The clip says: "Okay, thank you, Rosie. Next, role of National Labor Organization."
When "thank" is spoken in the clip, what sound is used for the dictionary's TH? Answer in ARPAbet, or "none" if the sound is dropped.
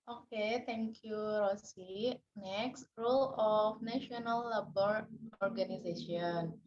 T